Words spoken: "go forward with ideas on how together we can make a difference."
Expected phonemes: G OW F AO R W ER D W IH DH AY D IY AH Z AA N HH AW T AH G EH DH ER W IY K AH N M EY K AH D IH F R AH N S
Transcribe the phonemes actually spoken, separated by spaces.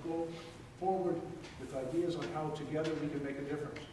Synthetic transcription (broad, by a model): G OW F AO R W ER D W IH DH AY D IY AH Z N HH AW T AH G EH DH ER W IY K AH N M EY K AH D IH F R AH N S